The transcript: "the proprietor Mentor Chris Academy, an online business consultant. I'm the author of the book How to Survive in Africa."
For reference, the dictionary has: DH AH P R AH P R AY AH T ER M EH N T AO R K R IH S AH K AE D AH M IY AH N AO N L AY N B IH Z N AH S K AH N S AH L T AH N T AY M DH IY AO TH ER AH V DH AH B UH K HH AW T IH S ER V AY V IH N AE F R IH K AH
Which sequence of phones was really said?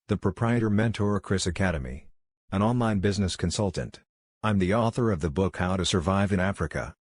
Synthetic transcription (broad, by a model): DH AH P R AH P R AY AH T ER M EH N T AO R K R IH S AH K AE D AH M IY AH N AO N L AY N B IH Z N AH S K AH N S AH L T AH N T AY M DH IY AO TH ER AH V DH AH B UH K HH AW T IH S ER V AY V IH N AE F R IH K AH